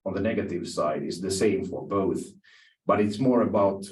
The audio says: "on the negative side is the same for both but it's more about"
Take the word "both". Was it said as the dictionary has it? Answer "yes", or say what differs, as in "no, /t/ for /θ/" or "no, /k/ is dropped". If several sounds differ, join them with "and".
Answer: yes